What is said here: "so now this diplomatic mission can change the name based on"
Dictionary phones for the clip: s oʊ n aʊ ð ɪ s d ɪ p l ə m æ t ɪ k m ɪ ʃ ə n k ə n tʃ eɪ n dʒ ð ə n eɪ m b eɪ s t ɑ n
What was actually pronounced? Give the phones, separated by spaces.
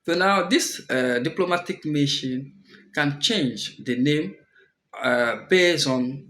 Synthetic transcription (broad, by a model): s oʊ n aʊ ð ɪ s d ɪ p l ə m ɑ t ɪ k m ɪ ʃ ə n k ə n tʃ eɪ n dʒ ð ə n eɪ m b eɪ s ɑ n